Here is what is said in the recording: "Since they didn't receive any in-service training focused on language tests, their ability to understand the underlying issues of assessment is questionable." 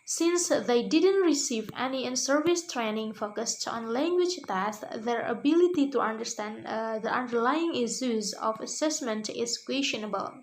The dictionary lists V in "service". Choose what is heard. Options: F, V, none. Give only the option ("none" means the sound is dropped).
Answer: V